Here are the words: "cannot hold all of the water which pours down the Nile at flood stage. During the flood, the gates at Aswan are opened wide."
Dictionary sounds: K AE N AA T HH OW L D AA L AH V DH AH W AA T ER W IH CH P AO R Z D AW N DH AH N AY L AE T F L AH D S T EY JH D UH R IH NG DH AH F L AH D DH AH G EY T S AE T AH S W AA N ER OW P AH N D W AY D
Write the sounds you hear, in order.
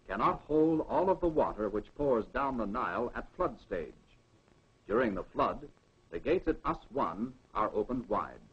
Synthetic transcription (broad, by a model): K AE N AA T HH OW L D AA L AH V DH AH W AA T ER W IH CH P AO R Z D AW N DH AH N AY L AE T F L AH D S T EY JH D UH R IH NG DH AH F L AH D DH AH G EY T S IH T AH S W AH N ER OW P AH N D W AY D